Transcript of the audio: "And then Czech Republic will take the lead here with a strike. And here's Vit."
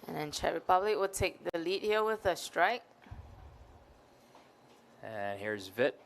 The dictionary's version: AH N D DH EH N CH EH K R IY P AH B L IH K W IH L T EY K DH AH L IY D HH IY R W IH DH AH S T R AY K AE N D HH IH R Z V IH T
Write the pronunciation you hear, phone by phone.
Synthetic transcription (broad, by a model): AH N DH EH N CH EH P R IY B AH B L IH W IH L T EY K DH AH L IY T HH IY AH W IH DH AH S T R AY K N HH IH R Z V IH T